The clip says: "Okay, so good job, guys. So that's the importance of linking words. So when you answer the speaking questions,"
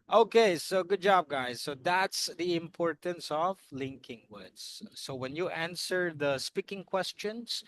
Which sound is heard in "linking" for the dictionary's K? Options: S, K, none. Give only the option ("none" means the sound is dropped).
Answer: K